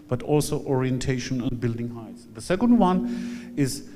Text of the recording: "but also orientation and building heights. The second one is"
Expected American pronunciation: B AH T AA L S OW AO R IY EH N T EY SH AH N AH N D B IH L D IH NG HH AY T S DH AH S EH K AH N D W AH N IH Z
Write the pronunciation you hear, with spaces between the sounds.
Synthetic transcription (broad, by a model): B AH T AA L S OW AO R IY EH N T EY SH AH N AH N D B IH L D IH NG HH AY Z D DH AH S EH K AH N D W AH N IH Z